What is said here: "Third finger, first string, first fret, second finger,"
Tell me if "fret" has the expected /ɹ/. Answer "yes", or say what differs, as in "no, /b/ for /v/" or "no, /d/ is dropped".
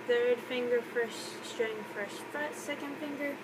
no, /ɹ/ is dropped